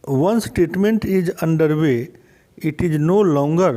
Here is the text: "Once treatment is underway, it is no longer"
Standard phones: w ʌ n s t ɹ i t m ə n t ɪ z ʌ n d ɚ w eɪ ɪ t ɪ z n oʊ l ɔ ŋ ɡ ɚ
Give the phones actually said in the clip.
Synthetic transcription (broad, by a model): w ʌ n s t ɛ t m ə n t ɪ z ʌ n d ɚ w eɪ ɪ t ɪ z n oʊ l ɔ ŋ ɡ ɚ